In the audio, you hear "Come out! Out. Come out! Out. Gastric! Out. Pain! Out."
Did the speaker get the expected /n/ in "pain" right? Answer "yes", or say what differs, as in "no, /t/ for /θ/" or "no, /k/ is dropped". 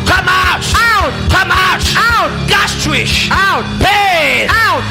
no, /n/ is dropped